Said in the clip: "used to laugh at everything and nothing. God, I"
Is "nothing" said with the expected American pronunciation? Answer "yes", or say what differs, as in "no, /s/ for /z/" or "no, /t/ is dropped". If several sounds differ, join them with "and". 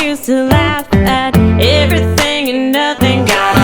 yes